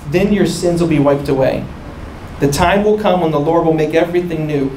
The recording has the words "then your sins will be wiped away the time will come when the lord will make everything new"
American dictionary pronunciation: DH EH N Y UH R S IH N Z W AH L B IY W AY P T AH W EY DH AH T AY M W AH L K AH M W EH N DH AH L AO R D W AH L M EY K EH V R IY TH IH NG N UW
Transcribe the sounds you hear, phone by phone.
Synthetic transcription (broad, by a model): DH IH N Y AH R S IH N Z W AH L B IY W AY P T AH W EY DH AH T AY M W AH L K AH M W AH N DH AH L AO R D W AH L M EY K EH V R IY TH IH NG N UW